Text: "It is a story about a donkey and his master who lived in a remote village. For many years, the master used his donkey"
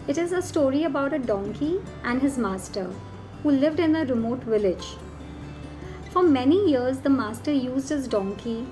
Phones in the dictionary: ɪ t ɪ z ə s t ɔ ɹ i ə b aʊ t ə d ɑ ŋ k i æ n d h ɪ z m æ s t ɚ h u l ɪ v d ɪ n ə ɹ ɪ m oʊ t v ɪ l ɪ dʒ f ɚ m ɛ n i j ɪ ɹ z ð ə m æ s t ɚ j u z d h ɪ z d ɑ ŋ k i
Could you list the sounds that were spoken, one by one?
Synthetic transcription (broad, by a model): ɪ t ɪ z ə s t ɔ ɹ i ə b aʊ t ə d ɑ ŋ k i æ n d h ɪ z m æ s t ɚ h u l ɪ v d ɪ n ə ɹ ɪ m oʊ t v ɪ l ɪ dʒ f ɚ m ɛ n i j ɪ ɹ z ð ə m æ s t ɚ j u z d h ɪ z d ɑ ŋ k i